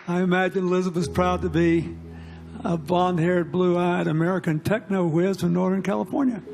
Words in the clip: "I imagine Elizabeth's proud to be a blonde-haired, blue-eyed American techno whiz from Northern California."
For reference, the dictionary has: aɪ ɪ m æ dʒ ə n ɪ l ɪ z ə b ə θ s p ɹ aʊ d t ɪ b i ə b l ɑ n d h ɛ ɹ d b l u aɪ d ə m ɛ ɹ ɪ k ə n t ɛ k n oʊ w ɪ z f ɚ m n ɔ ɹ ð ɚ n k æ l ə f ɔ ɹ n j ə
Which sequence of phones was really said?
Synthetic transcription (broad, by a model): aɪ ɪ m æ dʒ ə n l ɪ z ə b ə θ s p ɹ aʊ d t ɪ b i ə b ɑ n d h ɛ ɹ d b l u aɪ d ə m ɛ ɹ ɪ k ə n t ɛ k n oʊ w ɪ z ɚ n ɔ ɹ ð ɚ n k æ l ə f ɔ ɹ n j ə